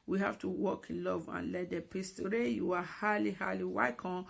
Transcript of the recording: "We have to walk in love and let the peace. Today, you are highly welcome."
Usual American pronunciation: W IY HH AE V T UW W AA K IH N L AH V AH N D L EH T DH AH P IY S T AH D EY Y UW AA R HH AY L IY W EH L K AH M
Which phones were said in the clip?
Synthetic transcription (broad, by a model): W IY HH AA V T UW W AA K IH N L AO V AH N L EH T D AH P IY S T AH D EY Y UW AA L HH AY L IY W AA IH K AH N